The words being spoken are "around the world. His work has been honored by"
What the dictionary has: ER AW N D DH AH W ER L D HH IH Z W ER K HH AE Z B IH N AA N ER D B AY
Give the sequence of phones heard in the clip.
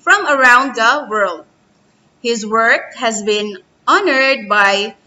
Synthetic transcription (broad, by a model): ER AW N D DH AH W ER L D HH IH Z W ER K HH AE Z B IH N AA N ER D B AY